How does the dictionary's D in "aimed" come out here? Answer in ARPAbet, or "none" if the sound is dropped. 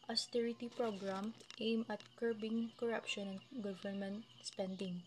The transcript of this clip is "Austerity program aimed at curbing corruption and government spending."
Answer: none